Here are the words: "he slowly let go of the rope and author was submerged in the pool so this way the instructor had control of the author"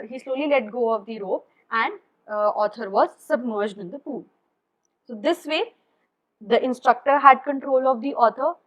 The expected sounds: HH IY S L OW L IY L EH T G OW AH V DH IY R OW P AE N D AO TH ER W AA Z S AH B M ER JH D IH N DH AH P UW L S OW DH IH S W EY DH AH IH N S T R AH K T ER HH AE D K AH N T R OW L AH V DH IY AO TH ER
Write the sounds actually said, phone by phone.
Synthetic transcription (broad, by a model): HH IY S L OW L IY L EH T G OW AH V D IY R OW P AE N D AO T ER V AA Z S AH B M ER JH D IH N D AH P UW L S OW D IH S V EY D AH IH N S T R AH K T ER HH AE D K AH N T R OW L AH V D IY AO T ER